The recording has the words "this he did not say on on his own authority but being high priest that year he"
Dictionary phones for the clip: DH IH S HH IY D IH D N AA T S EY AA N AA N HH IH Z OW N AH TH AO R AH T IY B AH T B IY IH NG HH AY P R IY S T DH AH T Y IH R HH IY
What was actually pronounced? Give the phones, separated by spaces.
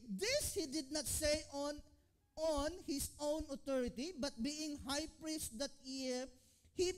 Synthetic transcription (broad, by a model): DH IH S HH IY D IH D N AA T S EY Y AA N HH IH S OW N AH T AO R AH T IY B AH T B IY IH NG HH AY P R IY S T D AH T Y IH R HH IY